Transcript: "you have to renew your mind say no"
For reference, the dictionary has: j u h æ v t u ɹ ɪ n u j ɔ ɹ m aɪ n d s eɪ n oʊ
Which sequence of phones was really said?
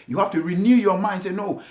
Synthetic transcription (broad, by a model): j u h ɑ f t u ɹ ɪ n u j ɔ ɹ m aɪ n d s eɪ n oʊ